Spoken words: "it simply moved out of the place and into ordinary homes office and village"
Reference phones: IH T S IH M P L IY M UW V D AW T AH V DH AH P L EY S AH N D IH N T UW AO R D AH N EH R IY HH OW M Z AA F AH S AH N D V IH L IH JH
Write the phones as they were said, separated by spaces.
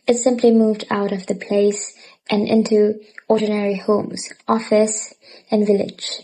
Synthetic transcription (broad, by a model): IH T S IH M P L IY M UW V D AW T AH V DH AH P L EY S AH N IH N T UW AO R D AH N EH R IY HH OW M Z AA F AH S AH N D V IH L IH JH